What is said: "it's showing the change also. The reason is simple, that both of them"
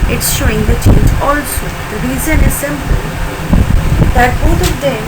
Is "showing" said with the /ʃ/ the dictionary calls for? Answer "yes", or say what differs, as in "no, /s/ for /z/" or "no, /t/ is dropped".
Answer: yes